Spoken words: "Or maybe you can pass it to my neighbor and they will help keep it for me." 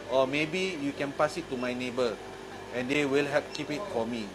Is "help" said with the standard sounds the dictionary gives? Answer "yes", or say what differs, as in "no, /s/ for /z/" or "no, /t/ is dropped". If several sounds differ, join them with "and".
no, /l/ is dropped